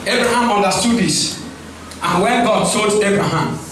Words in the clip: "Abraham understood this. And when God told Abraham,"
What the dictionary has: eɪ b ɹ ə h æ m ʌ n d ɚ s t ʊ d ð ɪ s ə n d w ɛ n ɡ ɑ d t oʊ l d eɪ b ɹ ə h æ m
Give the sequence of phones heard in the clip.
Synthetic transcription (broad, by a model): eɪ b ɹ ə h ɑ m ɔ n d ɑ s t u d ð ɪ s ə n w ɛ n ɡ ɑ d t oʊ d eɪ b ɹ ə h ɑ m